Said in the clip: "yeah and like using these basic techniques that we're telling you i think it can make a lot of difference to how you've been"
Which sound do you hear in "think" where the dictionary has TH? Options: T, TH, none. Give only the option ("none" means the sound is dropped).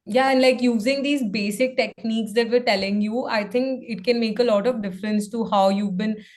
T